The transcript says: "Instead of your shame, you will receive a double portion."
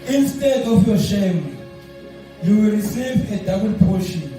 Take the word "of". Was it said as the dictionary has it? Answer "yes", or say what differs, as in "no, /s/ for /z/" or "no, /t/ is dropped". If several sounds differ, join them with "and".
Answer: no, /f/ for /v/